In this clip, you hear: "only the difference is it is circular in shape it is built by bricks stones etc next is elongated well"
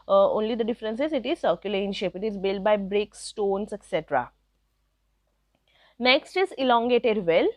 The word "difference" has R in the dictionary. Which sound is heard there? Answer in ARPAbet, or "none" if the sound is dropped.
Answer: R